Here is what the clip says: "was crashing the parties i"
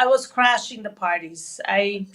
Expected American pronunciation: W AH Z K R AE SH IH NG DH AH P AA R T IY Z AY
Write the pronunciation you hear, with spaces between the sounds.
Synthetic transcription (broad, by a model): W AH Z K R AE SH IH NG DH AH P AA R T IY Z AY